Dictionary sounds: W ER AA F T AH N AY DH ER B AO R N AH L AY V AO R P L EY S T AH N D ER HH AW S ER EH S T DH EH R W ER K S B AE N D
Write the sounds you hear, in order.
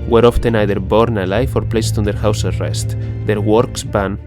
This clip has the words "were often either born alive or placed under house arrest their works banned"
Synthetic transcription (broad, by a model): W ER AA F T AH N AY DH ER B AO R N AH L AY F AO R P L EY S T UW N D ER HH AW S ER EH S T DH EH R W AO K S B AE N